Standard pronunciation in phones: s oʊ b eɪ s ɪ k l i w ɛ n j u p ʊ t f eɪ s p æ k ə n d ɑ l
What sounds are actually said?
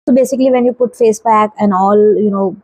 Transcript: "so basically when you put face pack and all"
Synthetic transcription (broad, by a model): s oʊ b eɪ s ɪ k l i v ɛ n j u p ʊ t f eɪ s b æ k ə n d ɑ l